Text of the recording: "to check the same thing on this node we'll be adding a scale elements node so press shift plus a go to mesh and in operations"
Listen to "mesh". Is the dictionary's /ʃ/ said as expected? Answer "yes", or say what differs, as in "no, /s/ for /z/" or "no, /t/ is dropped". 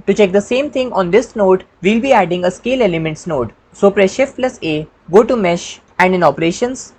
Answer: yes